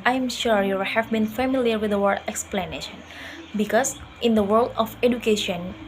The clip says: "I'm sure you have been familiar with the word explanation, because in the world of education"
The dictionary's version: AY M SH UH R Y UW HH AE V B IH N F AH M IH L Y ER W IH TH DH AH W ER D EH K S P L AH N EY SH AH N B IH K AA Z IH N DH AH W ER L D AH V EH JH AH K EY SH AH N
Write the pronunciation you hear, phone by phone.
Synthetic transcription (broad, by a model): AY M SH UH R Y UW HH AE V B IH N F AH M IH L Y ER W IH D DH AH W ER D EH K S P L AH N EY SH AH N B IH K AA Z IH N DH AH W ER L D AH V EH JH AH K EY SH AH N